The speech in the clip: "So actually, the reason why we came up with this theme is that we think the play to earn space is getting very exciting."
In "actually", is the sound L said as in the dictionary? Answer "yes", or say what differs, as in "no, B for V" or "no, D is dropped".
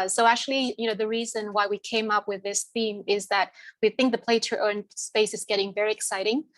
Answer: no, N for L